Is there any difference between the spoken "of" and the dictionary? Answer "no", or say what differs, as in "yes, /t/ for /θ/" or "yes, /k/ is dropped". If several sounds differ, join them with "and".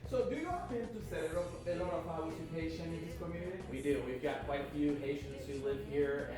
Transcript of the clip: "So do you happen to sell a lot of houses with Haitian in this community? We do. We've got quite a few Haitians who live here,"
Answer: yes, /p/ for /v/